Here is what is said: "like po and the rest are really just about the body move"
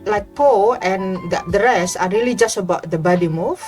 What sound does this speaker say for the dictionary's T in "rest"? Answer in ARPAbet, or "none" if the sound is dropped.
none